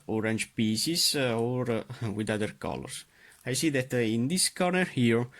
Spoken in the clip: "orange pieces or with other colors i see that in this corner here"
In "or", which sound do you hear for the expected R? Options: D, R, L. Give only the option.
R